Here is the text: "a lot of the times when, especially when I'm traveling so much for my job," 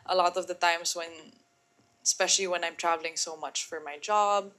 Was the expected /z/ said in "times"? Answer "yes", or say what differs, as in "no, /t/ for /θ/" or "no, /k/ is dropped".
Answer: no, /s/ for /z/